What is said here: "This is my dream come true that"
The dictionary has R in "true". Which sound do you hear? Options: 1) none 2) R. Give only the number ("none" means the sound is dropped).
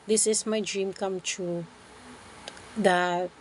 1